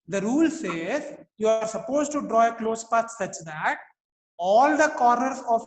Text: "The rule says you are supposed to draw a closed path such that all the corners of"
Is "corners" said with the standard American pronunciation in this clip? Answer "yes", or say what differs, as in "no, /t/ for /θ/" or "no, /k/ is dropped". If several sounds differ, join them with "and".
no, /n/ is dropped